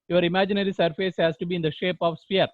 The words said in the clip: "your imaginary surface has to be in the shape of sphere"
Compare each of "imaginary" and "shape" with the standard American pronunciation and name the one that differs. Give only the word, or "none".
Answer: none